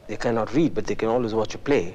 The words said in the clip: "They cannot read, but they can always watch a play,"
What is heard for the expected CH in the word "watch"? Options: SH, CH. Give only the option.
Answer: CH